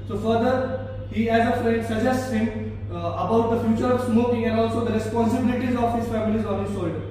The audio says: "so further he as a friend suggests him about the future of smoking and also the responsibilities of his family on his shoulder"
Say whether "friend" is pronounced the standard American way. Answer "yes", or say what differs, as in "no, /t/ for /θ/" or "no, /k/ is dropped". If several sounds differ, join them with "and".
no, /n/ is dropped